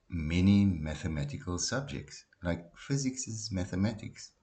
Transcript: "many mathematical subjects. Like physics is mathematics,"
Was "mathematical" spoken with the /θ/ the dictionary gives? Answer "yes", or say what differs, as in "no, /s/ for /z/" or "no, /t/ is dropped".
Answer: yes